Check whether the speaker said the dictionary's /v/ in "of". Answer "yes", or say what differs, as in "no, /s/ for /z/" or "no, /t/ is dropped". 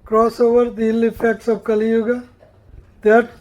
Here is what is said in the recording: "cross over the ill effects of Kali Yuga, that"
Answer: no, /b/ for /v/